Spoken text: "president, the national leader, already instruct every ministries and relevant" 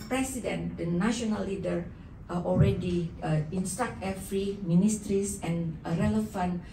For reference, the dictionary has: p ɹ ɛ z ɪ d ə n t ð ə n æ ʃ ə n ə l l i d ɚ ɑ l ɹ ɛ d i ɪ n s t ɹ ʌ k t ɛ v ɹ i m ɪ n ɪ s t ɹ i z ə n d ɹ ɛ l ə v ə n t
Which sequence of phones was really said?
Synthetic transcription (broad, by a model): p ɹ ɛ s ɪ d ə n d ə n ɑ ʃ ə n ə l l i d ɚ ɑ l ɹ ɛ d i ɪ n s t ɑ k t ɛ f ɹ i m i n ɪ s t ɹ i s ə n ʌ ɹ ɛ l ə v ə n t